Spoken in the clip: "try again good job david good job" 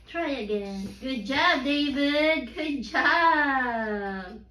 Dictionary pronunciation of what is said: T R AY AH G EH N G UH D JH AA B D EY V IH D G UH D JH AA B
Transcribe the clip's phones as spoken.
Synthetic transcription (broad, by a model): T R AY AH G EH N G UH D JH AA B D EY V IH D G UH D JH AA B